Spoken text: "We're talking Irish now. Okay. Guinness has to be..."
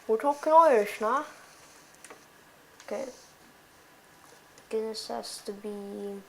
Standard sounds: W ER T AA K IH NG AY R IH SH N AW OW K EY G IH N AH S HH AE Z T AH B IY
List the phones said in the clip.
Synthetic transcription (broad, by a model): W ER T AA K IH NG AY IH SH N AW OW K EY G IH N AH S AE S T AH B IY